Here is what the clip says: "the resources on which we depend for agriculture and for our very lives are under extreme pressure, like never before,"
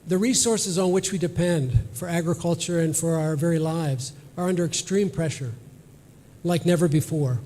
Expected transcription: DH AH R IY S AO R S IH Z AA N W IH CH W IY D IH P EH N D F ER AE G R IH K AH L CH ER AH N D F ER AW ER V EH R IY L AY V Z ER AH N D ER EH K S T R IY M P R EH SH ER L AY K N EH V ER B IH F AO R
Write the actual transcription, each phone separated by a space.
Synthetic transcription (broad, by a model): DH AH R IY S AO R S IH Z N W IH CH W IY D IH P EH N D F ER AE G R IH K AH L CH ER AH N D F ER AW ER V EH R IY L AY V Z ER AH N D ER EH K S T R IY M P R EH SH ER L AY K N EH V ER B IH F AO R